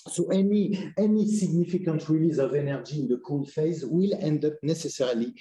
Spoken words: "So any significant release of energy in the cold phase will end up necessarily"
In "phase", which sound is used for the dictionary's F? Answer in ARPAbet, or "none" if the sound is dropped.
F